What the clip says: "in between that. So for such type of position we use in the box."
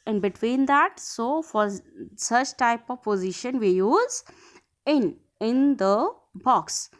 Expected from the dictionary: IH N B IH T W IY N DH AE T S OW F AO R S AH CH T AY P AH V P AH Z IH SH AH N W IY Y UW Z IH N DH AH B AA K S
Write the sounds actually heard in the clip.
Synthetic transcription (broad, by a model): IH N B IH T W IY N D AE T S OW F AO R S AH CH T AY P AH V P AH Z IH SH AH N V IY Y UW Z IH N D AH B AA K S